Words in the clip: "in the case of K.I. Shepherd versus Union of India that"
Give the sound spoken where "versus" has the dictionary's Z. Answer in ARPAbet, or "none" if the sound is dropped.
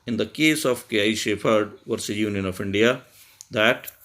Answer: none